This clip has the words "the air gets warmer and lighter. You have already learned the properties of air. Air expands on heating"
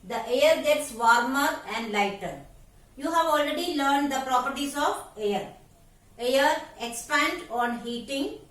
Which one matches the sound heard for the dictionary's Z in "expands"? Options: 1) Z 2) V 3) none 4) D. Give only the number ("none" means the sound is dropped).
3